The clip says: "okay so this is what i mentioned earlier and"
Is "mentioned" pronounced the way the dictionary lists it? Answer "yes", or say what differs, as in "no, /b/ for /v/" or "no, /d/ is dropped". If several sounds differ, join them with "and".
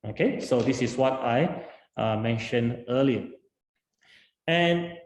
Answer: no, /d/ is dropped